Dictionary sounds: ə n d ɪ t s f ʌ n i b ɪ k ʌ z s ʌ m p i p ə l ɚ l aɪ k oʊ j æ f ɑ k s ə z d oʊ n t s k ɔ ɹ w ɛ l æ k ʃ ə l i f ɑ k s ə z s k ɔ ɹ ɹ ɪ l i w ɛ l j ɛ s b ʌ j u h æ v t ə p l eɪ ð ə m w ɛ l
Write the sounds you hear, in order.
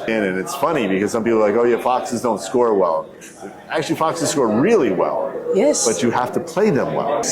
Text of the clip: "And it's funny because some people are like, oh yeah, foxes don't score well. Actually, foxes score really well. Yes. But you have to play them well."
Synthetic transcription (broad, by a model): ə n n ɪ t s f ʌ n i b ɪ k ʌ z s ʌ m p i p l l aɪ k oʊ j æ f ɑ k s ə z d oʊ n t s k ɔ ɹ w ɛ l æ k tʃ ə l i f ɑ k s ə z s k ɔ ɹ ɹ ɪ l i w ɛ l j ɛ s b ʌ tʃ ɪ h æ f t ə p l eɪ ð ə m w ɛ l